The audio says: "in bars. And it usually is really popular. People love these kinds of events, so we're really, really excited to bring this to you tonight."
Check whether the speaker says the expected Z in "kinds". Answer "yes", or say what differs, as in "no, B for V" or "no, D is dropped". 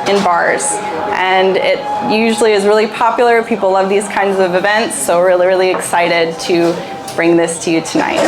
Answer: yes